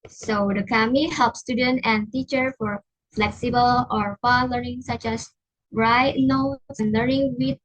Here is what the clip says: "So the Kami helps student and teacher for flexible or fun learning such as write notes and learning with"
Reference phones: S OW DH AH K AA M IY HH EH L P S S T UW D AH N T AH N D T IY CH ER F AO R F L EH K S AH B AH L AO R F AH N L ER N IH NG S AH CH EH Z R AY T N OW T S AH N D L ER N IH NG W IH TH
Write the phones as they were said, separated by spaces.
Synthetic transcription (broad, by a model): S OW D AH K AA M IY HH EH L P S S T UW D AH N T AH N T IY CH ER F AO R F L EH K S AH B AH L AO R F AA L ER N IH NG S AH CH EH S R AY T N OW T S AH N L ER N IH NG W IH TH